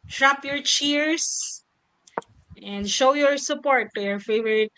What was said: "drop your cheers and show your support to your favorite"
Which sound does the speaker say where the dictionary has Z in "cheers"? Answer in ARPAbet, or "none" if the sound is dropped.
S